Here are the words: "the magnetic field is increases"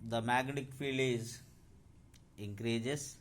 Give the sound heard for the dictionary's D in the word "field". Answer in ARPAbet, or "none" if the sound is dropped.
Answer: none